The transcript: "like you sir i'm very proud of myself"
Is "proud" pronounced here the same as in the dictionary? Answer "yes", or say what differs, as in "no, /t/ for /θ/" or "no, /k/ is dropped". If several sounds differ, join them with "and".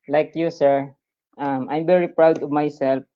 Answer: yes